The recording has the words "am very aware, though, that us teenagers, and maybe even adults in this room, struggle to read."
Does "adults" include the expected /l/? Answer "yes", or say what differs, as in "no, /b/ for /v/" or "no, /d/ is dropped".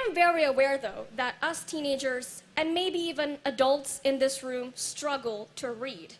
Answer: yes